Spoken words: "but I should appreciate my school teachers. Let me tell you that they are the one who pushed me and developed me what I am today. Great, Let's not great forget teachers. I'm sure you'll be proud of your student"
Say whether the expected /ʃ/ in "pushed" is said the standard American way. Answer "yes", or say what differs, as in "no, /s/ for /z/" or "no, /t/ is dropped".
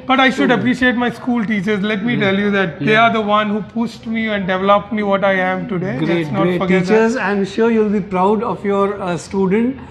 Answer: no, /s/ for /ʃ/